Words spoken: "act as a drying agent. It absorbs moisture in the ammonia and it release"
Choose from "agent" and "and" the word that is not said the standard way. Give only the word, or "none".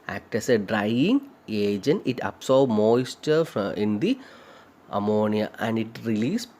agent